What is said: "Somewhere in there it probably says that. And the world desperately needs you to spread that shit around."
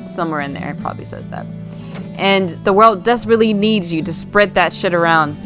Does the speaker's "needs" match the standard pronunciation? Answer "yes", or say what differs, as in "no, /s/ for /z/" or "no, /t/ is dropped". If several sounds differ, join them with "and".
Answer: yes